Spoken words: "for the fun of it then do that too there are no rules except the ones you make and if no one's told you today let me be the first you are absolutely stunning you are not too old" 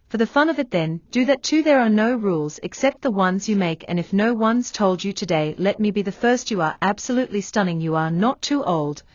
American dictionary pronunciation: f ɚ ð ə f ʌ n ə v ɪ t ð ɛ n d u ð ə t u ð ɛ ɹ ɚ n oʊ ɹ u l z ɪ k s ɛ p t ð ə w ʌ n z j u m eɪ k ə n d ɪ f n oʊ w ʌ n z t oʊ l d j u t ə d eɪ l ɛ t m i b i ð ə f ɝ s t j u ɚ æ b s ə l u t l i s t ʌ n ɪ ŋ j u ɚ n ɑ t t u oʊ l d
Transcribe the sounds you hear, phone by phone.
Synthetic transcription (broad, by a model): f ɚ ð ə f ʌ n ə v ɪ t ð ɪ n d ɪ ð ə t u ð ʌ ɹ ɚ n oʊ ɹ u l z ɪ k s ɛ p t ð ə w ʌ n z j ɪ m eɪ k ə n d ɪ f n oʊ w ʌ n z t oʊ l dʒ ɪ t ə d eɪ l ɛ t m i b i ð ə f ɝ s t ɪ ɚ æ b s ə l u t l i s t ʌ n ɪ ŋ j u ɚ n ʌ t t oʊ l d